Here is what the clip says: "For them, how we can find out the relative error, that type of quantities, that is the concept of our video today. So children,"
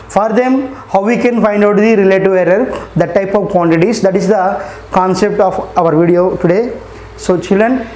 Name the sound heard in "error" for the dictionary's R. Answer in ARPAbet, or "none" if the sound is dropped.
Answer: R